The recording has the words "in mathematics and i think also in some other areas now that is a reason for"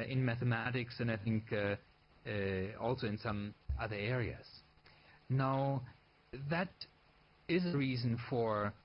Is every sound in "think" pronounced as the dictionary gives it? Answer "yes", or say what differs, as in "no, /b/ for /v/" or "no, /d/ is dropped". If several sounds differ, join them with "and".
yes